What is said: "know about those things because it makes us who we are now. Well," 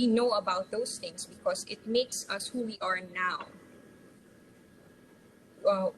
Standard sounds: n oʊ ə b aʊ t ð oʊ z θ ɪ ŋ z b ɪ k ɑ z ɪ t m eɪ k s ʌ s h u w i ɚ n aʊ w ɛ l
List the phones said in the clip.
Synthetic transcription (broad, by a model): n oʊ ə b aʊ t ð oʊ s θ ɪ ŋ s b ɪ k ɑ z ɪ t m eɪ k s ʌ s h u w i ɚ n aʊ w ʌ